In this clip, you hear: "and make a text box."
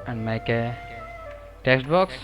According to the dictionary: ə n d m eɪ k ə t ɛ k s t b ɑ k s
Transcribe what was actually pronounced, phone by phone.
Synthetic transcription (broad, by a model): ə n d m eɪ k ə t ɛ k s t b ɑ k s